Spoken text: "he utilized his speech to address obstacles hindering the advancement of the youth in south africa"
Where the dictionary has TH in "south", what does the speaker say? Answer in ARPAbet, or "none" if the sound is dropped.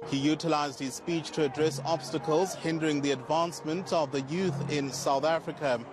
TH